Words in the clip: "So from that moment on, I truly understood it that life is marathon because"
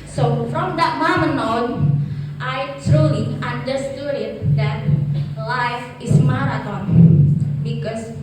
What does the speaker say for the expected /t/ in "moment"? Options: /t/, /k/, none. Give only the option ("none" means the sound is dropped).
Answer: none